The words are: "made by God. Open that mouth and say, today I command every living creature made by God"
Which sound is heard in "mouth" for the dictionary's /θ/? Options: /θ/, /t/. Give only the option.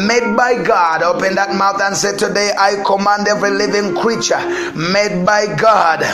/θ/